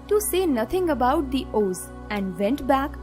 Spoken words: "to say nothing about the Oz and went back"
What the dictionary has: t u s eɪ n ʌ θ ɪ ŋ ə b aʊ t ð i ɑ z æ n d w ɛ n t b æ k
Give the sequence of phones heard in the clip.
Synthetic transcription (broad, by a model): t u s eɪ n ʌ t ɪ ŋ ə b aʊ t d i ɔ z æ n d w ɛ n t b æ k